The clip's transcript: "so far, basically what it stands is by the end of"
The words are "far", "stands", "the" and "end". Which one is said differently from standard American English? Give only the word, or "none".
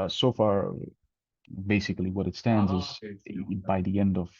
none